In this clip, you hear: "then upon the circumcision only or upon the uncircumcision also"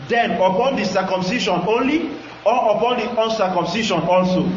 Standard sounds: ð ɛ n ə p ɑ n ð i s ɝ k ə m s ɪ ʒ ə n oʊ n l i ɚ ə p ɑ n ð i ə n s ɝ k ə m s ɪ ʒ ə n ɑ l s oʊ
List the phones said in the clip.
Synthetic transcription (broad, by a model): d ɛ n ə p ɑ n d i s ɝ k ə m s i ʃ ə n oʊ n l i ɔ ə p ɑ n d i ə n s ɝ k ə m s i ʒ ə n ɑ l s oʊ